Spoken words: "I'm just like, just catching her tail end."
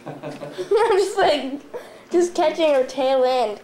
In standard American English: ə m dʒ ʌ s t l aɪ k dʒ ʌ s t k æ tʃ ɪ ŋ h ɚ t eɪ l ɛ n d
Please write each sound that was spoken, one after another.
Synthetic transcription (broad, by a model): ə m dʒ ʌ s l aɪ k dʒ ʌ s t k æ tʃ ɪ ŋ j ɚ t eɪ w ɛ n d